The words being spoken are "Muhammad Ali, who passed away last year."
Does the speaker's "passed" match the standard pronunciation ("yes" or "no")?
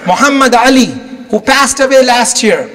yes